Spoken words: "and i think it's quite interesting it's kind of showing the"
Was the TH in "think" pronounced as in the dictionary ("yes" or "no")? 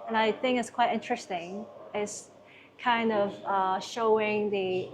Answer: yes